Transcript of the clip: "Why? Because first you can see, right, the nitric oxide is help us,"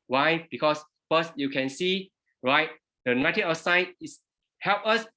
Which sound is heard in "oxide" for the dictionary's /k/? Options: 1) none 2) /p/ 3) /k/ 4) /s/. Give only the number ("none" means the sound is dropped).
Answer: 1